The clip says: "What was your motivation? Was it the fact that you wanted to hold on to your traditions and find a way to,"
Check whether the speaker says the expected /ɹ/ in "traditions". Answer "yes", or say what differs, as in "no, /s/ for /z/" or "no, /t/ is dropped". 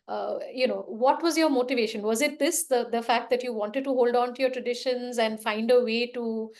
yes